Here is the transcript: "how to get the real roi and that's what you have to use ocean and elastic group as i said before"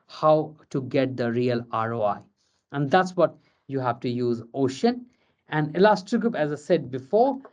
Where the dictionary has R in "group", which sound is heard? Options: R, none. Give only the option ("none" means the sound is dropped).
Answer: none